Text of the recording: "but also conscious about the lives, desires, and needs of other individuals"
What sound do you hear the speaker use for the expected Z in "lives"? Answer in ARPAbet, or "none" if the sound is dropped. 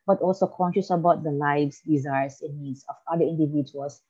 S